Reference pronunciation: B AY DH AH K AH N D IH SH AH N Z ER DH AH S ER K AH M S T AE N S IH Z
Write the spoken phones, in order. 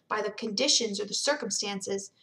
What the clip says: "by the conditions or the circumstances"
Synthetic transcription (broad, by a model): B AY DH AH K AH N D IH SH AH N Z ER DH AH S ER K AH M S T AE N S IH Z